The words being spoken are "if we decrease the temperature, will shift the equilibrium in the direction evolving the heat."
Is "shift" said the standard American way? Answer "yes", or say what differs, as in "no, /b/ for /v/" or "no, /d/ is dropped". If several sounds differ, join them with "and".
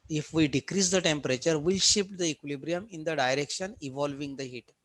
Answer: no, /p/ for /f/